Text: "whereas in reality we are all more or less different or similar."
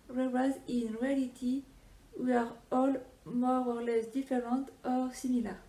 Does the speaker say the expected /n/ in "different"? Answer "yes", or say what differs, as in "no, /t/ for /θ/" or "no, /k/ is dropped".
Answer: no, /n/ is dropped